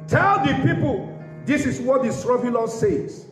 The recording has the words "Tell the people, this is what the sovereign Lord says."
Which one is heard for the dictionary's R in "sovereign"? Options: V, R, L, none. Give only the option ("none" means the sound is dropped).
none